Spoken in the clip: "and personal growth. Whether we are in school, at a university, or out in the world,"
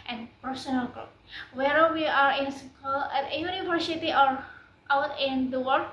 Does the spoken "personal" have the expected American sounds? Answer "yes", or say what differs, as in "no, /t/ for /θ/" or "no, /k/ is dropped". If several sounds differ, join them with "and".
no, /f/ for /p/